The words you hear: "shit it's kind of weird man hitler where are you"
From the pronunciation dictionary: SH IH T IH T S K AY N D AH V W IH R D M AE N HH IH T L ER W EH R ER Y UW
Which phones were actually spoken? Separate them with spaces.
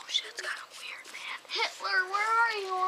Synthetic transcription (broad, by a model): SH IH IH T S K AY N AH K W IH R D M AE HH IH T L ER W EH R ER Y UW